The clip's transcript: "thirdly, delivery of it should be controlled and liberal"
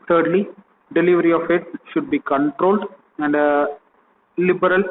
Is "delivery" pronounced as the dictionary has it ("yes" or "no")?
yes